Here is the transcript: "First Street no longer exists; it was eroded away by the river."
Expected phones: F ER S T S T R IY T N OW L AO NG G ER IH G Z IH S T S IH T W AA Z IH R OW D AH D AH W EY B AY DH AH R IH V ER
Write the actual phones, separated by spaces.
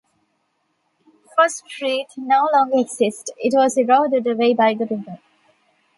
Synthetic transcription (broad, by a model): F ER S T S T R IY T N OW L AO NG G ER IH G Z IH S T IH T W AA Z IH R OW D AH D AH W EY B AY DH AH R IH ER